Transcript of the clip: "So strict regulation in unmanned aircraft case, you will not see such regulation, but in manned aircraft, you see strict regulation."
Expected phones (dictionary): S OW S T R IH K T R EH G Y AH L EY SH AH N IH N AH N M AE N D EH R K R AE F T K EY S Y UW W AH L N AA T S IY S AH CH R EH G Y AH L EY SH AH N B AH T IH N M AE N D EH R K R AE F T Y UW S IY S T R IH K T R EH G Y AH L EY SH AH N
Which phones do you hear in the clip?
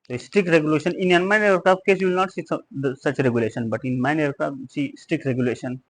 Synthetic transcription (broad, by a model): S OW S T R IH K T R EH G Y AH L EY SH AH N IH N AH N M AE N EH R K AA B K EY S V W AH L N AA T S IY S AH CH R EH G Y AH L EY SH AH N B AH T IH N M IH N EH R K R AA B S IY S T R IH K T R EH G Y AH L EY SH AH N